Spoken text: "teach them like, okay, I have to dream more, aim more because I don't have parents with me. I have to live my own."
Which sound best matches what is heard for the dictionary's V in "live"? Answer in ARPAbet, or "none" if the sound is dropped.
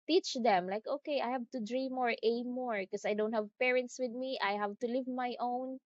V